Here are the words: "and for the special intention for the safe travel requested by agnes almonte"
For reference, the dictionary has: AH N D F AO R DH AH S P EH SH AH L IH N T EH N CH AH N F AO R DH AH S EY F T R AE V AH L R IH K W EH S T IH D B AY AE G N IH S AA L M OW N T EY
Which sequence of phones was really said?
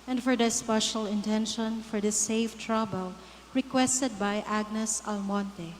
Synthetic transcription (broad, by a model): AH N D F AO R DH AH S P EH SH AH L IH N T EH N SH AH N F AO R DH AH S EY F T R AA B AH L R IH K W EH S T IH D B AY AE G N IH S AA L M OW N T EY